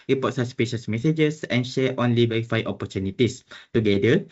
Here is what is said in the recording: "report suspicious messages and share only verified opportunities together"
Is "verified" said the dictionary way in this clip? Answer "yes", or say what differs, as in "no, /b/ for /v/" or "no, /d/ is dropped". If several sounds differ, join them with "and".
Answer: no, /d/ is dropped